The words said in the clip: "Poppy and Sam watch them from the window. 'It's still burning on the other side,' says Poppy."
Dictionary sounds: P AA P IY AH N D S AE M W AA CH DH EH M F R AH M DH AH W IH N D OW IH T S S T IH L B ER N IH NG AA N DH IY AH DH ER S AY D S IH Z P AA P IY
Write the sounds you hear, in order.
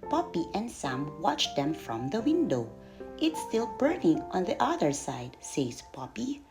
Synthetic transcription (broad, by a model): P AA P IY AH N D S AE M W AA CH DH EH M F R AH M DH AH W IH N D OW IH T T S T IH L B ER N IH NG AA N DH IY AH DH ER S AY D S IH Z P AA P IY